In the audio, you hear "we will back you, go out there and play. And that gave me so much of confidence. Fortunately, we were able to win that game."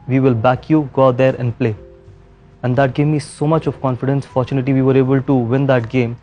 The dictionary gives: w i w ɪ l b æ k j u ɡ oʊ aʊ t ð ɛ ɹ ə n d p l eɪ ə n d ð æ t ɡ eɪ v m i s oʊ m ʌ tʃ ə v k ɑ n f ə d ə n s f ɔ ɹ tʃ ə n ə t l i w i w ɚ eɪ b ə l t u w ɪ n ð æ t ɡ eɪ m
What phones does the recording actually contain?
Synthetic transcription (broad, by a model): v i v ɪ l b æ k j u ɡ oʊ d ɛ ɹ ə n d p l eɪ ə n d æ t ɡ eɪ m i s oʊ m ʌ tʃ ə v k ɑ n f ə d ə n s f ɔ ɹ tʃ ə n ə t i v i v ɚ eɪ b ə l t u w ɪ n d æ t ɡ eɪ m